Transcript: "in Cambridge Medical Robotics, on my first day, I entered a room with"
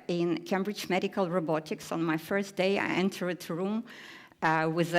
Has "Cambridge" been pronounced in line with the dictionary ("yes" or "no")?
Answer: yes